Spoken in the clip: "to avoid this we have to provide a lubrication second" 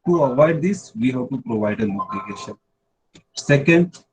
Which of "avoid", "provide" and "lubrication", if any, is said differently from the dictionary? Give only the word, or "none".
lubrication